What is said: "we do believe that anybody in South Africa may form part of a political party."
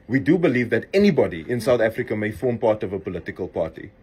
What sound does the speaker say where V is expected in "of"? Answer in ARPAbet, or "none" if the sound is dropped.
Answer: V